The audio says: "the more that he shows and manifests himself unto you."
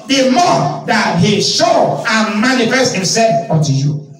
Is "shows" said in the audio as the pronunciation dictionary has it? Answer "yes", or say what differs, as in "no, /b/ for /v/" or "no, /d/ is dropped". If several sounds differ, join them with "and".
no, /z/ is dropped